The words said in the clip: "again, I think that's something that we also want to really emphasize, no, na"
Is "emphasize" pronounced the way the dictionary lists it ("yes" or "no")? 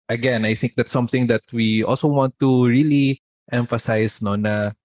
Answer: no